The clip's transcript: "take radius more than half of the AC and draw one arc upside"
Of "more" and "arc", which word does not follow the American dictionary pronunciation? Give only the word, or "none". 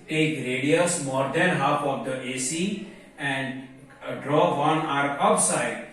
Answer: arc